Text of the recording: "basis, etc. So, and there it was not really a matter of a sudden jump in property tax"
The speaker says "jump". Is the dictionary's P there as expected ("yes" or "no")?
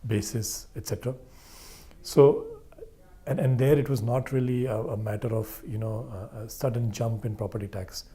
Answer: yes